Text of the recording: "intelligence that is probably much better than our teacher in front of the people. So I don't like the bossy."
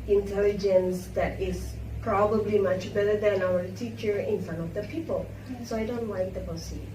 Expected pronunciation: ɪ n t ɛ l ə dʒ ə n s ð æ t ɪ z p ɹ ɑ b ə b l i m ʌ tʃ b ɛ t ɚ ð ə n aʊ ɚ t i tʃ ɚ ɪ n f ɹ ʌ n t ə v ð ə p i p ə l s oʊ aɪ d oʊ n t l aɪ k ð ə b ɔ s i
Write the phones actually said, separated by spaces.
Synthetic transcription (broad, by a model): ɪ n t ɛ l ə dʒ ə n s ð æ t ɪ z p ɹ ɑ b ə b l i m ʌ tʃ b ɛ t ɚ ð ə n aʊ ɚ t i tʃ ɚ ɪ n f ʌ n ə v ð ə p i p ə l s oʊ aɪ d oʊ n t l aɪ k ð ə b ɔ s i